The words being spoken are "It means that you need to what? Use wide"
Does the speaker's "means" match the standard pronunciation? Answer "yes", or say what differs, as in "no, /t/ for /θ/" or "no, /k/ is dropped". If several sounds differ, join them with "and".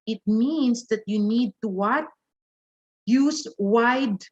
no, /s/ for /z/